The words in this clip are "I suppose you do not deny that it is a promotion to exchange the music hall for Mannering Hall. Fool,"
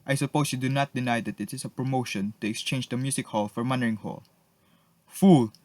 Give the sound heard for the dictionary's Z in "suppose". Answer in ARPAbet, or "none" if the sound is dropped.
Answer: S